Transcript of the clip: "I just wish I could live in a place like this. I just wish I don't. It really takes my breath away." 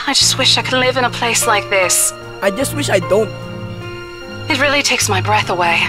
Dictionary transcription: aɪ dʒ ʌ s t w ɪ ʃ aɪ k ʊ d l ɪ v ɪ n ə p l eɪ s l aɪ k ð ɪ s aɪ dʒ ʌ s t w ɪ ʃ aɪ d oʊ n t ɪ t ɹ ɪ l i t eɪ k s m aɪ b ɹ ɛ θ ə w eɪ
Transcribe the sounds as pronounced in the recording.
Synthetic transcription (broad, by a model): aɪ dʒ ʌ s t w ɪ ʃ aɪ k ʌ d l ɪ v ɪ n ə p l eɪ s l aɪ k ð ɪ s aɪ dʒ ʌ s t w ɪ ʃ aɪ d oʊ n t ɪ t ɹ ɪ l i t eɪ k s m aɪ b ɹ ɛ θ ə w eɪ